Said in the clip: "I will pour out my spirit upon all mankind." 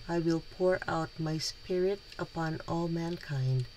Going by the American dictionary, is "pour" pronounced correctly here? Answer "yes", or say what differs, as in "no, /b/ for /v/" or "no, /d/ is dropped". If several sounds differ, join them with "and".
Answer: yes